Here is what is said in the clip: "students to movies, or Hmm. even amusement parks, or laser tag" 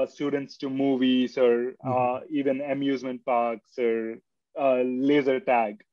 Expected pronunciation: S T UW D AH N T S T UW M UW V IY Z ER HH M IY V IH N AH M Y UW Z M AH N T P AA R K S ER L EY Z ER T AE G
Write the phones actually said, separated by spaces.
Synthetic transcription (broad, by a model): S T UW D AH N T S T UW M UW V IY S ER IY V IH N AH M Y UW Z M AH N T P AA R K S ER L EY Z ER T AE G